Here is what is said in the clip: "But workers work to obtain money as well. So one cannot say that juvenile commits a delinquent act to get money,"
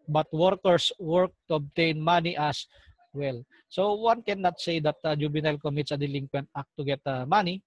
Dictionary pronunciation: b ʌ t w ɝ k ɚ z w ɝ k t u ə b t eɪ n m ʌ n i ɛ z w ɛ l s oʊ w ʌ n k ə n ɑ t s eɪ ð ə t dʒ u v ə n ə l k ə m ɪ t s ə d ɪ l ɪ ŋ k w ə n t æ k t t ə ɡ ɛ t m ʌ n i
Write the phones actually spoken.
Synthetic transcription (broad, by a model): b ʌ t w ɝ k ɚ s w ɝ k t u ə b t eɪ n m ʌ n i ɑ s w ɛ l s oʊ w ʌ n k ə n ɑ t s eɪ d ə t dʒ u b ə n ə l k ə m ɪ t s ə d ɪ l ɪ ŋ k w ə n t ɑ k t t ə ɡ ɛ t m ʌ n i